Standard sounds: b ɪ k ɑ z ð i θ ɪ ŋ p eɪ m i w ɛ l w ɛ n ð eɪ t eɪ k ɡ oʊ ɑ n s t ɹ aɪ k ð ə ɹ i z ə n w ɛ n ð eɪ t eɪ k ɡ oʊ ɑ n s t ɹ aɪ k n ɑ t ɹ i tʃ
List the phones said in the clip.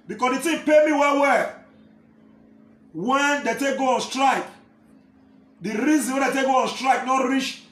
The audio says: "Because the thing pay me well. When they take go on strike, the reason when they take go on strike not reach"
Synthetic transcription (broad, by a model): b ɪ k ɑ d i t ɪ p eɪ m i w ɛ w w ɛ n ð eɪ t eɪ k ɡ oʊ ɑ n s t ɹ aɪ k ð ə ɹ i z ə n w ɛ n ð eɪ t eɪ k ɡ oʊ ɑ n s t ɹ aɪ k n ɑ t ɹ i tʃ